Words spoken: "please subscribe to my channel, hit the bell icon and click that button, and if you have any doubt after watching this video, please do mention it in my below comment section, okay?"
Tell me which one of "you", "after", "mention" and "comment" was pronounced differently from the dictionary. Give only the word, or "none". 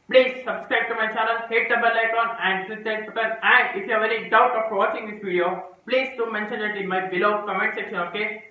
after